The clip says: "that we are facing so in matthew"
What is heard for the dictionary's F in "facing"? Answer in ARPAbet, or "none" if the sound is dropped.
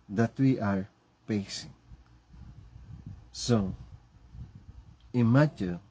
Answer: P